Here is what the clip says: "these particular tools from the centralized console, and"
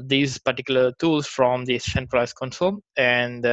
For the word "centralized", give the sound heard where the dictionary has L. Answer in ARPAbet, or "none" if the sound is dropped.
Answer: none